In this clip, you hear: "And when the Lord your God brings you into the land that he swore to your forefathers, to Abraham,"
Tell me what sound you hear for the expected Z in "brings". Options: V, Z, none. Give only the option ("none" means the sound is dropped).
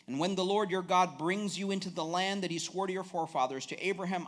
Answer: Z